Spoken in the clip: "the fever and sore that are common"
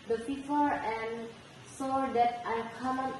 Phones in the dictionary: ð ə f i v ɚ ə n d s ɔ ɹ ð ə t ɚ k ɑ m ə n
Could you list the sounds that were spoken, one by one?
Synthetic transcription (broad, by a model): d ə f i f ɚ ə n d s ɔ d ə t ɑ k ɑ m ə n